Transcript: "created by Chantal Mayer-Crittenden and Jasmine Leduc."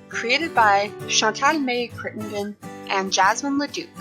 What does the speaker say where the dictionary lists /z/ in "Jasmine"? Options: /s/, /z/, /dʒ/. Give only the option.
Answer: /z/